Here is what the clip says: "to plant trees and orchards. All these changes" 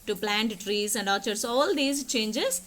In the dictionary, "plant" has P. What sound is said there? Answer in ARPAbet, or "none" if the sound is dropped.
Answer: P